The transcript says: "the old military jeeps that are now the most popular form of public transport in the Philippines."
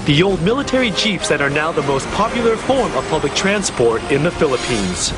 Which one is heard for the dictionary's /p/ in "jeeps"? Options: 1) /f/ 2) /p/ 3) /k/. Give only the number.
1